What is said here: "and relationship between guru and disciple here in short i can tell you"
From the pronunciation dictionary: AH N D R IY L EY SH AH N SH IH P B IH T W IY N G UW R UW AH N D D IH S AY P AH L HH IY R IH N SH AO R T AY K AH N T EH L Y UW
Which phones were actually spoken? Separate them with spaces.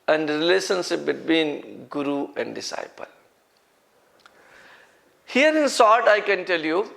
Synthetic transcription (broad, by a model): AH N D R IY L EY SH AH N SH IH P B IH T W IY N G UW R UW AH N D D IH S AY P AH L HH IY R IH N S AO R T AY K AH N T EH L Y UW